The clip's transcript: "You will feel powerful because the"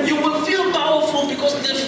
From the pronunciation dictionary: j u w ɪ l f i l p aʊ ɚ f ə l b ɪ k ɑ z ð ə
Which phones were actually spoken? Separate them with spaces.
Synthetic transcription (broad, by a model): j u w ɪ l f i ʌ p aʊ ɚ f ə n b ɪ k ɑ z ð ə